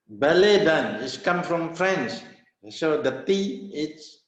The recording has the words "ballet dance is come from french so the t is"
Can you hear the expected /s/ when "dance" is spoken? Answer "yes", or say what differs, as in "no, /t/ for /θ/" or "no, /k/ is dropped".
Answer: no, /s/ is dropped